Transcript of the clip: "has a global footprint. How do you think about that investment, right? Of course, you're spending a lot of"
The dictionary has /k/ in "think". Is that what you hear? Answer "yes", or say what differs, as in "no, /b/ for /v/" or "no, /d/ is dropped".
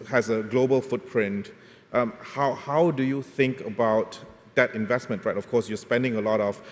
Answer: yes